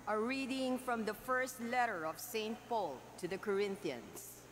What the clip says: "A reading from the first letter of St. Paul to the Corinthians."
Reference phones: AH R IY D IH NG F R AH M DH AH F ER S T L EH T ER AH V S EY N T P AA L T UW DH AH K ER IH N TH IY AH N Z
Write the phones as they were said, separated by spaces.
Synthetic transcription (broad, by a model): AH R IY D IH NG F R AH M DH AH F ER S T L EH T ER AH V S EY N T P AA L T UW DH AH K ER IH N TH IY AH N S